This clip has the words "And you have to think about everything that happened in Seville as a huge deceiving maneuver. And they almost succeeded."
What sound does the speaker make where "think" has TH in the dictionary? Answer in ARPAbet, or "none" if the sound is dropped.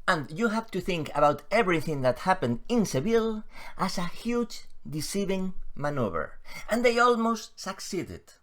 TH